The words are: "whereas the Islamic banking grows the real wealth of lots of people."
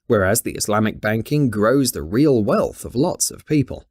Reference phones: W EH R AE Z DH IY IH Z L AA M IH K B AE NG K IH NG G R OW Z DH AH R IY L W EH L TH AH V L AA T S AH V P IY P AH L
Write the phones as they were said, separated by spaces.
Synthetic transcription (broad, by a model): W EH R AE Z DH IY IH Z L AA M IH K B AE NG K IH NG G R OW Z DH AH R IY L W EH L TH AH V L AA T S AH V P IY P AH L